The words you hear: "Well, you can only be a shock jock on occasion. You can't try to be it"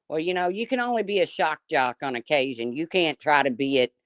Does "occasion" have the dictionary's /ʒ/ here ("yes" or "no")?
yes